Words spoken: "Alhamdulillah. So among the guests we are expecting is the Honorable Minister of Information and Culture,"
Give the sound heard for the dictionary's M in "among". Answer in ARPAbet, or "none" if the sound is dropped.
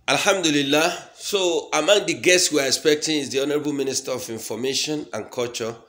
M